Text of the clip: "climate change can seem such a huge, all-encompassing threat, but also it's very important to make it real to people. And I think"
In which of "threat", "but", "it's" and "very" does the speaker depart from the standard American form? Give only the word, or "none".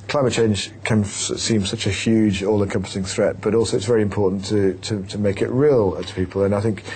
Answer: none